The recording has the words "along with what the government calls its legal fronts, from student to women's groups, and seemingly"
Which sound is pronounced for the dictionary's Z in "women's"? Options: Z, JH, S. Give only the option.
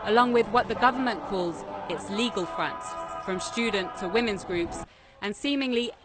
Z